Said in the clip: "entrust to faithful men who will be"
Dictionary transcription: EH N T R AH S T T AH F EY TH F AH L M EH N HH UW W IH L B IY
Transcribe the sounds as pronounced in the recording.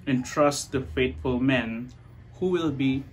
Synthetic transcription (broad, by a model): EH N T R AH S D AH F EY T F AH L M EH N HH UW W IH L B IY